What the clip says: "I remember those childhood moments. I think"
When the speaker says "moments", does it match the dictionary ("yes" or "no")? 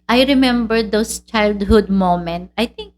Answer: no